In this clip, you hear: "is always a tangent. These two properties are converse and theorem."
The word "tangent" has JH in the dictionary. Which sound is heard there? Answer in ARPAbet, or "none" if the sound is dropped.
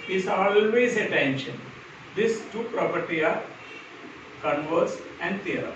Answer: SH